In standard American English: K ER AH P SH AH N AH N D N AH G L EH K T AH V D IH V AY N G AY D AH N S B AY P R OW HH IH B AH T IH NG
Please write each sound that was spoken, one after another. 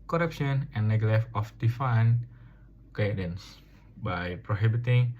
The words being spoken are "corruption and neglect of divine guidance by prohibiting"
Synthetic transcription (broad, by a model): K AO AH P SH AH N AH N N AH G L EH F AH F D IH F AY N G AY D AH N S B AY P R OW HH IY B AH T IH NG